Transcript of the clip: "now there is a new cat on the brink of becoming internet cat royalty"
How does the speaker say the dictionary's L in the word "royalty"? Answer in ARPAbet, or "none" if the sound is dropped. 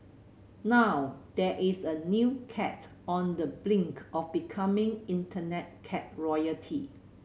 none